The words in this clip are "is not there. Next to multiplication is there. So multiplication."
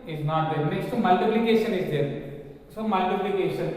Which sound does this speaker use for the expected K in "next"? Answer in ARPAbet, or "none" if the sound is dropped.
none